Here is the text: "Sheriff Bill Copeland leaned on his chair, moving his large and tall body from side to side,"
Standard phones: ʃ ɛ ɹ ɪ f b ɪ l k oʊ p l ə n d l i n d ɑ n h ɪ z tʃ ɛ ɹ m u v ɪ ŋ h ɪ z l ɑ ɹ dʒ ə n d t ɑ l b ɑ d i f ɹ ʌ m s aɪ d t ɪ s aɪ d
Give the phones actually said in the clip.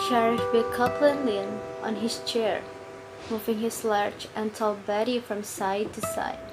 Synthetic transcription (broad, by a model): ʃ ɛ ɹ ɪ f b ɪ k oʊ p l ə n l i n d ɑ n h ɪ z tʃ ɛ ɹ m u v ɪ ŋ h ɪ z l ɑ ɹ tʃ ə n t ɑ l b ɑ d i f ɹ ʌ m s aɪ d t ɪ s aɪ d